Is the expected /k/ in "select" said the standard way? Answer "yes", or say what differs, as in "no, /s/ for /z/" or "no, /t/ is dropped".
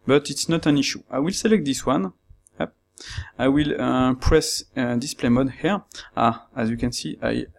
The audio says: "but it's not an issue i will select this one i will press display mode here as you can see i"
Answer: yes